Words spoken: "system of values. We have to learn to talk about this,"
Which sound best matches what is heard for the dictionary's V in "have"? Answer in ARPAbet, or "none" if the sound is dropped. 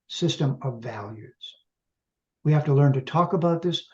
F